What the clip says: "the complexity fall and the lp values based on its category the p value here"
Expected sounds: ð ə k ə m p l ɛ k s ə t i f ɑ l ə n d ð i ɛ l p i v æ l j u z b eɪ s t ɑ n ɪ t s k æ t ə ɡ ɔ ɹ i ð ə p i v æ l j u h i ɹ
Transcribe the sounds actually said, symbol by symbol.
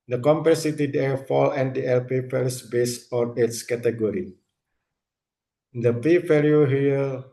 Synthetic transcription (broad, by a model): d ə k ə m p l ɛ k s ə t i f ɑ l ə n d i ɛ l p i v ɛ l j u s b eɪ s ɑ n ɪ t s k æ t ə ɡ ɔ ɹ i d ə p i f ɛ l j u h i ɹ